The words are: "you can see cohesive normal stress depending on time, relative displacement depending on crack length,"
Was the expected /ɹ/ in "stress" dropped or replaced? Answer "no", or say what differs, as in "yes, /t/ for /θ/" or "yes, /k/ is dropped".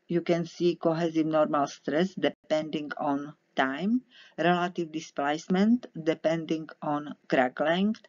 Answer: no